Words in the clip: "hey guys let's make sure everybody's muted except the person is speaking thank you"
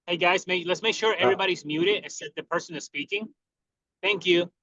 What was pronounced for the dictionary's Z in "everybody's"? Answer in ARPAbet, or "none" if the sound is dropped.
Z